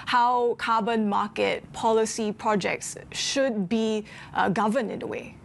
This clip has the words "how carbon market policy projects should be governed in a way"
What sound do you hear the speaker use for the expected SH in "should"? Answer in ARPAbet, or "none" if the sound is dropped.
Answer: SH